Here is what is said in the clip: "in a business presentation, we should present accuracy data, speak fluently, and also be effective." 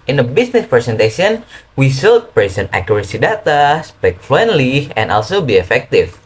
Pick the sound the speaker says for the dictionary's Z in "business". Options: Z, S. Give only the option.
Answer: S